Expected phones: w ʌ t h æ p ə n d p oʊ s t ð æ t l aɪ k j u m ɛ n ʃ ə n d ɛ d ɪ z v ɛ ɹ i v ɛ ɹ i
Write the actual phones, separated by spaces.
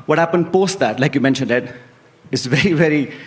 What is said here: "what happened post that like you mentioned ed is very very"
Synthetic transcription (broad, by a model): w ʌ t h æ p ə n d p oʊ s t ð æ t l aɪ k j u m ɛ n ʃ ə n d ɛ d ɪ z v ɛ ɹ i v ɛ ɹ i